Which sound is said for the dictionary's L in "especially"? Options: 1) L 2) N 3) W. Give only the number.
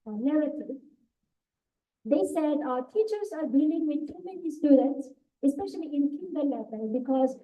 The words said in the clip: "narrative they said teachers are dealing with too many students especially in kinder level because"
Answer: 1